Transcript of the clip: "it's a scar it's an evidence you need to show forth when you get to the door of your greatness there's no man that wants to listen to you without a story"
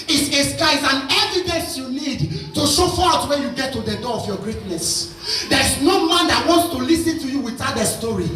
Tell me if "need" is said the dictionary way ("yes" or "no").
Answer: yes